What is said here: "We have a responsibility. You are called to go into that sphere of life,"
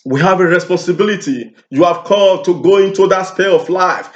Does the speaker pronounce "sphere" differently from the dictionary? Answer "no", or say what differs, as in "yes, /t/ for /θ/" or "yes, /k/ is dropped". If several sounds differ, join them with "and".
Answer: yes, /p/ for /f/ and /l/ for /ɹ/